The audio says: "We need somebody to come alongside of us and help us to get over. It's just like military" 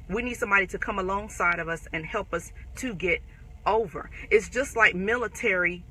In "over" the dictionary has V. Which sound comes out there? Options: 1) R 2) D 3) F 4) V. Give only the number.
4